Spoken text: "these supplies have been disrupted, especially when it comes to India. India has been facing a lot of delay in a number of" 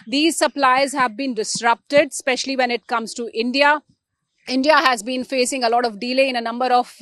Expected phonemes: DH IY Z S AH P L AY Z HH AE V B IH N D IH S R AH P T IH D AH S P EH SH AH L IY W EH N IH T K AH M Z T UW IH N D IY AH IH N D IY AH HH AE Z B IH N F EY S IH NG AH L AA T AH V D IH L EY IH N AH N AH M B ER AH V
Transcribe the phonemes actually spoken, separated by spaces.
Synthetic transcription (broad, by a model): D IY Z S AH P L AY Z HH AE V B IH N D IH S R AH P T IH D S P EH SH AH L IY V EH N IH T K AH M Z T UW IH N D IY AH IH N D IY AH HH AE Z B IH N F EY S IH NG AH L AA T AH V D IH L EY IH N AH N AH M B ER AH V